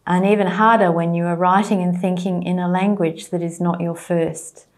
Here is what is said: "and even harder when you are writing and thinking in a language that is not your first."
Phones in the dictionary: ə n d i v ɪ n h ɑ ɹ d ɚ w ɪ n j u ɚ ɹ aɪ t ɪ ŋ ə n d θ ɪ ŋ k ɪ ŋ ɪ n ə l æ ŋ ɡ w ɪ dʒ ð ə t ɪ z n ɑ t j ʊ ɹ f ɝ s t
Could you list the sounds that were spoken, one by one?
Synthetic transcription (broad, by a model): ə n i v ɪ n h ɑ ɹ d ɚ w ɪ n j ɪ ɚ ɹ aɪ t ɪ ŋ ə n θ ɪ ŋ k ɪ ŋ ɪ n ə l æ ŋ ɡ w ɪ dʒ ð ə t ɪ z n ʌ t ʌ ɹ f ɝ s t